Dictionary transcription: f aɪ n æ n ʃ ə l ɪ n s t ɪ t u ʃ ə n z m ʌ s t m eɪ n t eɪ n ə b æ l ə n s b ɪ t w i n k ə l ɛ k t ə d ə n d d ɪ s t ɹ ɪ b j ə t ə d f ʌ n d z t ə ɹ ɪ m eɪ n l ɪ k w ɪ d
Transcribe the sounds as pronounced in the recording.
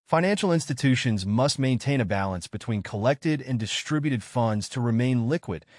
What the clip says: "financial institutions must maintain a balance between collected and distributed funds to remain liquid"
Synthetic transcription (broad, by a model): f aɪ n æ n ʃ l ɪ n s t ɪ t u ʃ ə n z m ʌ s t m eɪ n t eɪ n ə b æ l ə n s b ɪ t w i n k ə l ɛ k t ə d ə n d d ɪ s t ɹ ɪ b j ə t ə d f ʌ n d z t ə ɹ ɪ m eɪ n l ɪ k w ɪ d